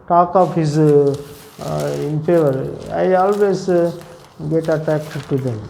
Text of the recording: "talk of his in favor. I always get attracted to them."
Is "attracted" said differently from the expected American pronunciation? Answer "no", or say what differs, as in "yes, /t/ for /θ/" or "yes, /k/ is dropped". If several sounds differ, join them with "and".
yes, /ɹ/ is dropped